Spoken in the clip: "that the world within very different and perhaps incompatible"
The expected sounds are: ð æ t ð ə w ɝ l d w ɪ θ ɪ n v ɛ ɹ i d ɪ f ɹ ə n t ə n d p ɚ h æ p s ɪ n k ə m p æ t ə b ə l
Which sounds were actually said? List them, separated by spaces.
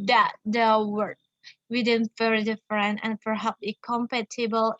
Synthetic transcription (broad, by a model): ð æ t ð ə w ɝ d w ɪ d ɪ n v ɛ ɹ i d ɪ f ɹ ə n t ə n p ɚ h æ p ɪ k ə m p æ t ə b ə l